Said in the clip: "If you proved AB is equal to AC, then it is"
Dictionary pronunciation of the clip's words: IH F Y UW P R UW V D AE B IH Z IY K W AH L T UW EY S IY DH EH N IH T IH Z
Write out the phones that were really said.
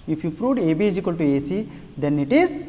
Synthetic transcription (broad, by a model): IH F Y UW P R UW D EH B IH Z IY K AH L T UW EY S IY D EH N IH T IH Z